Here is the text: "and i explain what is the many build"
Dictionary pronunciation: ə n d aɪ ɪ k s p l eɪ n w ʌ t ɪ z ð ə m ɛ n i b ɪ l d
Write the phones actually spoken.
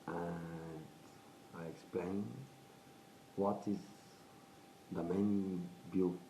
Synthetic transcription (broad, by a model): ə n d aɪ ɪ k s p l eɪ n w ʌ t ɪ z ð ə m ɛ i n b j